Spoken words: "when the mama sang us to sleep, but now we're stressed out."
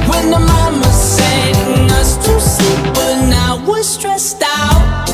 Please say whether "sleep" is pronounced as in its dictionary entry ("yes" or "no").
no